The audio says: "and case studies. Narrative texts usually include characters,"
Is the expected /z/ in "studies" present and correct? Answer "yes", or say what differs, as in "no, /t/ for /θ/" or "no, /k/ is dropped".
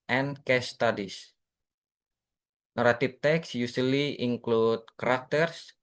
no, /s/ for /z/